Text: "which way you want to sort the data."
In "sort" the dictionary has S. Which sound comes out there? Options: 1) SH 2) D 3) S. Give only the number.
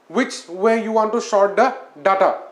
1